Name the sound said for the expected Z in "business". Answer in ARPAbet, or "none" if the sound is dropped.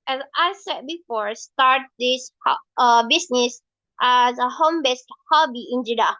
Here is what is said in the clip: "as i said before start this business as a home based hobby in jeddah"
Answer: S